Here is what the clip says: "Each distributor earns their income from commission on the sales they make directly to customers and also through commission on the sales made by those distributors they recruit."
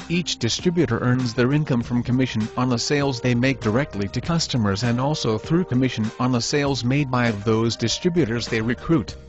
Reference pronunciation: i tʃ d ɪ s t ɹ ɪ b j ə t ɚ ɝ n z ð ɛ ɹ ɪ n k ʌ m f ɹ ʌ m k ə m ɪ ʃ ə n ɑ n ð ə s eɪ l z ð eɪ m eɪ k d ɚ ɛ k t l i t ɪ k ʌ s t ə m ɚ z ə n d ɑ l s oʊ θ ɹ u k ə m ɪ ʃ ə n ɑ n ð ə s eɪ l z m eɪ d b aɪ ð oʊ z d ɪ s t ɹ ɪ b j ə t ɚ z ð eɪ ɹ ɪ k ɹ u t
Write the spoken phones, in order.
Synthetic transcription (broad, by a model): i tʃ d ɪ s t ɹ ɪ b j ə t ɚ ɝ n z ð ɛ ɹ ɪ n k ʌ m f ɹ ʌ m k ə m ɪ ʃ ə n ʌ n ð ə s eɪ l z ð eɪ m eɪ k d ɚ ɛ k t l i t ɪ k ʌ s t ə m ɚ z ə n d ɑ l s oʊ θ ɹ u k ə m ɪ ʃ ə n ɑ n ð ə s eɪ l z m eɪ d b aɪ ð oʊ z d ɪ s t ɹ ɪ b j ə t ɚ z ð eɪ ɹ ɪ k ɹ u t